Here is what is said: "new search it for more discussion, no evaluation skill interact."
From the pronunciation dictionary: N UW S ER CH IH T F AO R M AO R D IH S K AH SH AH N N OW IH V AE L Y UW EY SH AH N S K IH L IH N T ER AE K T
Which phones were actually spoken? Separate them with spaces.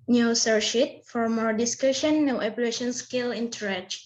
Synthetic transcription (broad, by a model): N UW S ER SH IH T F AO R M AO R D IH S K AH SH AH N N OW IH P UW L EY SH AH N S K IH L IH N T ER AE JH